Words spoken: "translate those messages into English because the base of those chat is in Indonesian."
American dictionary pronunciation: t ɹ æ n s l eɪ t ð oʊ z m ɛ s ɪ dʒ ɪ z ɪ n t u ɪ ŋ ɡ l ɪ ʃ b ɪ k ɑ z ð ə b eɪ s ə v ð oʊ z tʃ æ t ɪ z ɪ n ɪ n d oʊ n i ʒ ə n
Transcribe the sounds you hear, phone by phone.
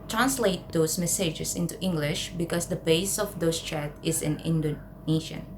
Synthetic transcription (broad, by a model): t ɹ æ n s l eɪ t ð oʊ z m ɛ s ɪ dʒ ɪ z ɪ n t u ɪ ŋ ɡ l ɪ ʃ b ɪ k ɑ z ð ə b eɪ s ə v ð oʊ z tʃ æ t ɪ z ɪ n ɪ n d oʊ n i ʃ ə n